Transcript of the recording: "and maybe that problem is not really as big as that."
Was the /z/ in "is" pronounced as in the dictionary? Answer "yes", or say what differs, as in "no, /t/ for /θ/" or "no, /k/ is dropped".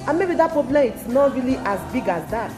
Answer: no, /s/ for /z/